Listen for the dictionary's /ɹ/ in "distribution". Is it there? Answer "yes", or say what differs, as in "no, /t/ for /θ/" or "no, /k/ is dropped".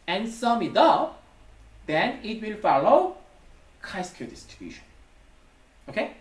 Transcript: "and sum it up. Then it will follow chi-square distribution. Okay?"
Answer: no, /ɹ/ is dropped